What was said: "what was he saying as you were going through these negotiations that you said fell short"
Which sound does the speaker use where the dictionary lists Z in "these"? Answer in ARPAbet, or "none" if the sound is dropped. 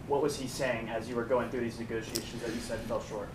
Z